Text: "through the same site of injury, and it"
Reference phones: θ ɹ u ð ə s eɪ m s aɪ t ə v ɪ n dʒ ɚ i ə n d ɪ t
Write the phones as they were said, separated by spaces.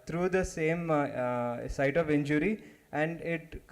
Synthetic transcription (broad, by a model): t ɹ u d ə s eɪ m s aɪ t ə v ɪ n dʒ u i ə n d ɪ t